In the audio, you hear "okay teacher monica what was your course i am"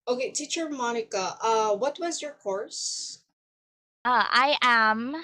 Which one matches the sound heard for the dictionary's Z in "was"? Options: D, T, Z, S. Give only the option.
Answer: Z